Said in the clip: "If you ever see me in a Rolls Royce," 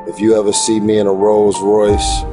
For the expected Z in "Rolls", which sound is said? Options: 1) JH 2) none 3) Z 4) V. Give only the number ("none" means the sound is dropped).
3